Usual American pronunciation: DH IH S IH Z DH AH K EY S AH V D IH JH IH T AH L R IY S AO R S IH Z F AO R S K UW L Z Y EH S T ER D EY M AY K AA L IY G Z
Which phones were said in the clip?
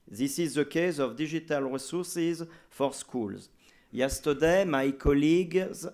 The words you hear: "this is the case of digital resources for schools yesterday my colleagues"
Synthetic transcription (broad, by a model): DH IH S IH Z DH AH K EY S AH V D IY ZH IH T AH L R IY S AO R S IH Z F AO R S K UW L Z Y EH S T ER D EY M AY K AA L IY G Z